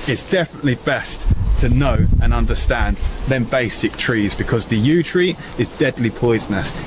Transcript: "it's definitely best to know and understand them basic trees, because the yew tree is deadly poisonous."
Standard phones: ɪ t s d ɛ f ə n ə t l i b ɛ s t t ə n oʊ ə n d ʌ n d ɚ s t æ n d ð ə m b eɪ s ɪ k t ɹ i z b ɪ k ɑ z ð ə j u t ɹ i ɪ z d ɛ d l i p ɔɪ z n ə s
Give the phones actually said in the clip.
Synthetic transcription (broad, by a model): ɪ t s d ɛ f ə n ə t l i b ɛ s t t ə n oʊ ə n ʌ n d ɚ s t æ n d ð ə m b eɪ s ɪ k t ɹ i z b ɪ k ɑ z ð ə j u t ɹ i ɪ z d ɛ d l i p ɔɪ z n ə s